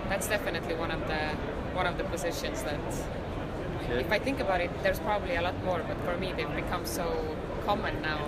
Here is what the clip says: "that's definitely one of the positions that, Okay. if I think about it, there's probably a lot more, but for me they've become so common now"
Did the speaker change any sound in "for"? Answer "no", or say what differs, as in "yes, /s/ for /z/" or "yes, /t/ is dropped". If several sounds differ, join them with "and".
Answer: no